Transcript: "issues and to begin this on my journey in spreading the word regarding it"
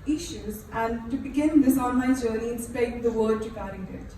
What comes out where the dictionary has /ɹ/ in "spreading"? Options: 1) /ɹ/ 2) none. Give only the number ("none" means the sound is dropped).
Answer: 2